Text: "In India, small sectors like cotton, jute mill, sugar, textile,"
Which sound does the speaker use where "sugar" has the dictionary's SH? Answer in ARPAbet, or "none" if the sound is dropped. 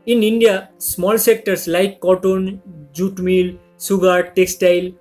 S